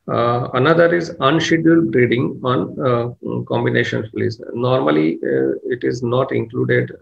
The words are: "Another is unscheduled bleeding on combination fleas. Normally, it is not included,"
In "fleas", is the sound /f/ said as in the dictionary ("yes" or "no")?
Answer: no